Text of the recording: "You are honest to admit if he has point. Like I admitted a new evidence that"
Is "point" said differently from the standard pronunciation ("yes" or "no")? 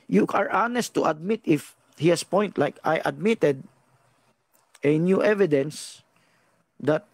no